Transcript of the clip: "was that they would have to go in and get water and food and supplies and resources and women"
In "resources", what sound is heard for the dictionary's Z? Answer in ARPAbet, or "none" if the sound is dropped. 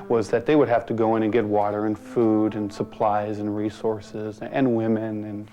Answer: Z